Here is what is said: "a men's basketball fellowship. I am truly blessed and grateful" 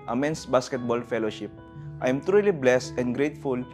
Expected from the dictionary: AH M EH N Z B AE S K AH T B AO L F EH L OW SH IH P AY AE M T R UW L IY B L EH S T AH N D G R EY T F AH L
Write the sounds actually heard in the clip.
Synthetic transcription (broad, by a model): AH M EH N S B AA S K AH T B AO L F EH L OW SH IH P AY M T R UW L IY B L EH S T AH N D G R EY T F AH L